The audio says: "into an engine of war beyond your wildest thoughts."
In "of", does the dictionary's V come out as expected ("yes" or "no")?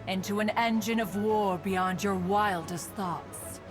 yes